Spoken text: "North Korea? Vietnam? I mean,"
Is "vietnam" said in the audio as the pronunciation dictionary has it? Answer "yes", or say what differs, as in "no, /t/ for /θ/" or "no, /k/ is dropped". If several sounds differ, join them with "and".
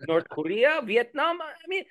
yes